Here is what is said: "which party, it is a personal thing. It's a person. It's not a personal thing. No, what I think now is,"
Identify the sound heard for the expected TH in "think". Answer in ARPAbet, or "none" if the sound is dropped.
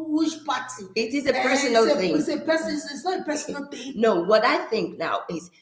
TH